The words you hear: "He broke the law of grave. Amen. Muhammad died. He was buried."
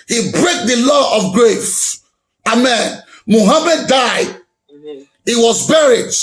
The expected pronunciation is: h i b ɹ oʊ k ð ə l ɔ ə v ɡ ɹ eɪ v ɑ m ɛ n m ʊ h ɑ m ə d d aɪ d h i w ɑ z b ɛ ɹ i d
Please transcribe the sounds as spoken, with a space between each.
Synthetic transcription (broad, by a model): h i b ɹ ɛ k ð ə l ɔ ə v ɡ ɹ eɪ f ɑ m ɛ n m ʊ h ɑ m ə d d aɪ d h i w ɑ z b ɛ ɹ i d